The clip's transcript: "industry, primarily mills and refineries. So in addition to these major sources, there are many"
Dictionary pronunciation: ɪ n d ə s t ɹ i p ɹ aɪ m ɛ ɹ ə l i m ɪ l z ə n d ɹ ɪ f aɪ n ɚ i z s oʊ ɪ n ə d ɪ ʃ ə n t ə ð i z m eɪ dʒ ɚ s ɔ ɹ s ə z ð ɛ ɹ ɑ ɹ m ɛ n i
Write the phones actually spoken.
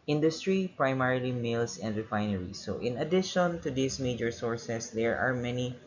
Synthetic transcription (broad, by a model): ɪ n d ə s t ɹ i p ɹ aɪ m ɛ ɹ ə l i m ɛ l s ə n d ɹ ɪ f aɪ n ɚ i s oʊ ɪ n ə d ɪ ʃ ə n t ə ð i s m eɪ dʒ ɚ s ɔ ɹ s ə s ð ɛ ɹ ɑ ɹ m ɛ n i